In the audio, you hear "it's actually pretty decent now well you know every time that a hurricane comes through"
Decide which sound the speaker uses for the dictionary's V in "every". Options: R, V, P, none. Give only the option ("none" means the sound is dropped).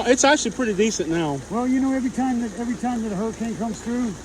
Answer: V